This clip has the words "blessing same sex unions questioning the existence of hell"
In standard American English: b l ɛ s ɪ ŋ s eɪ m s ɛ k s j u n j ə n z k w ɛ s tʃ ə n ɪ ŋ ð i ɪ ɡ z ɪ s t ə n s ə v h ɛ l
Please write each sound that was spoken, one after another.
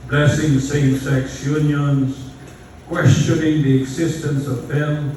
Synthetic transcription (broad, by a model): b l ɛ s ɪ ŋ s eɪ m s ɛ k s j u n j ə n z k w ɛ s tʃ ə n ɪ ŋ ð i ɪ ɡ z ɪ s t ə n s ə v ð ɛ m